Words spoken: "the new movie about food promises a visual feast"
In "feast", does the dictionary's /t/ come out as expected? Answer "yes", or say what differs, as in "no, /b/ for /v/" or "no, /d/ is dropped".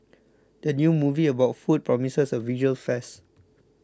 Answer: no, /t/ is dropped